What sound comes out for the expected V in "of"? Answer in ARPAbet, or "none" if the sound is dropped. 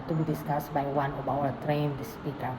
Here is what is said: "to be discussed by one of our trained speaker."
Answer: B